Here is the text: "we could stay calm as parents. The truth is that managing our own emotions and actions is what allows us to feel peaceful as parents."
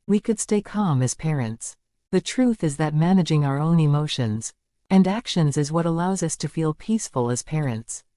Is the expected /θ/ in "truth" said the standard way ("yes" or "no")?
yes